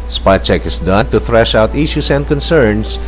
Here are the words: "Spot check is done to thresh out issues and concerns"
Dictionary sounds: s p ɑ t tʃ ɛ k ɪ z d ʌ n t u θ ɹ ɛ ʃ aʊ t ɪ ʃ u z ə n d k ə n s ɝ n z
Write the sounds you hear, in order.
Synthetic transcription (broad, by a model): s p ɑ tʃ ɛ k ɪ s d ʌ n t u θ ɹ ɛ ʃ aʊ t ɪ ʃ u s ə n d k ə n s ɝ n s